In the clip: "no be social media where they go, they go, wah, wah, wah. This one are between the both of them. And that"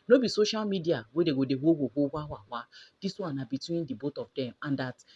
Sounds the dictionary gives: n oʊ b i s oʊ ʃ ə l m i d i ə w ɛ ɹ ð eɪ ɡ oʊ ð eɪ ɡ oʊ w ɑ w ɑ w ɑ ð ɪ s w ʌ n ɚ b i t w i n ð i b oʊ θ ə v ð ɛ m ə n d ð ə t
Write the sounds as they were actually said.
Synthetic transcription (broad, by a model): n oʊ b i s oʊ ʃ ə l m i d i ə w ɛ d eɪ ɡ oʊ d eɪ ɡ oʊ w ɑ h ɑ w ɑ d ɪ s w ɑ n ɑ b i t w i n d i b oʊ t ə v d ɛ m ə n d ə t